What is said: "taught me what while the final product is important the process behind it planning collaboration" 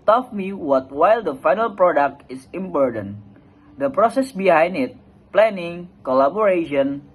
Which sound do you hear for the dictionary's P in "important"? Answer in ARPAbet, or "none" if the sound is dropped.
B